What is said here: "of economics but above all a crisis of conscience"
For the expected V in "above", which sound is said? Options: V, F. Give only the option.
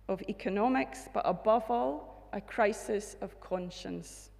V